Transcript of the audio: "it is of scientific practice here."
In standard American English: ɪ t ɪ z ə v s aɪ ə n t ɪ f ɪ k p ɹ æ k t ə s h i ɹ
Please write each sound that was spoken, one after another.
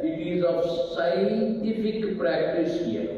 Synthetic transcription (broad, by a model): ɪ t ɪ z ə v s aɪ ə n t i p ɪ k p ɹ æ k t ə s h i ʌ